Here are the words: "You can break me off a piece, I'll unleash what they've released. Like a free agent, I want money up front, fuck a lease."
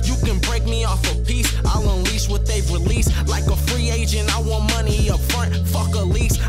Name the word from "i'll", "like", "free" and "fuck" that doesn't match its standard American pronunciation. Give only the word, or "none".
none